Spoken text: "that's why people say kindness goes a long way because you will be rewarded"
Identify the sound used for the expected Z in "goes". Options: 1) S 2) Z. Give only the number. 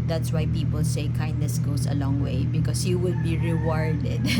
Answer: 1